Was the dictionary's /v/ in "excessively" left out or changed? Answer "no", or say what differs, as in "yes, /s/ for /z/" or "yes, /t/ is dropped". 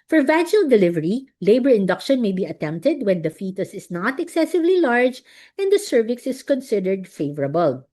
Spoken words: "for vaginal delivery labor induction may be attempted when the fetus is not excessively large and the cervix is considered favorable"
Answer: no